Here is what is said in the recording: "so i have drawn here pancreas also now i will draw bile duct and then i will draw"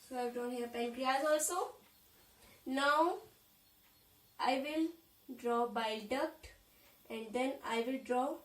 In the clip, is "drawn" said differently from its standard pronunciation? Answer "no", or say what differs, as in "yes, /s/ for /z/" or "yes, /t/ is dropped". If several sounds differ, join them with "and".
yes, /ɹ/ is dropped